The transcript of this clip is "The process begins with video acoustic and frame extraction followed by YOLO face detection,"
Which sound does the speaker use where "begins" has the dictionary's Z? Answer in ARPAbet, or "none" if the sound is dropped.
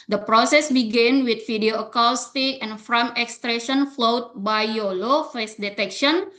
none